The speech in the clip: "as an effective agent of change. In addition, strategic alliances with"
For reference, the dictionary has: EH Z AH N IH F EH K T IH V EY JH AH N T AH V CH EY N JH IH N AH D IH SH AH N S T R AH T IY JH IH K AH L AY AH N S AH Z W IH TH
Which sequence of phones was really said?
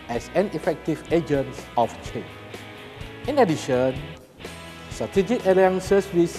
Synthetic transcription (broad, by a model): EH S AH N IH F EH K T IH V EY JH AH N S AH F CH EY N IH N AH D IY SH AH N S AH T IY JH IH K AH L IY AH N S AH S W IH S